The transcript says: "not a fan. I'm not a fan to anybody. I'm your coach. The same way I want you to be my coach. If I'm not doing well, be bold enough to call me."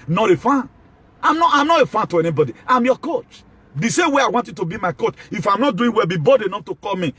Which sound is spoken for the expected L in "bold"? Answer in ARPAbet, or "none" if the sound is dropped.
none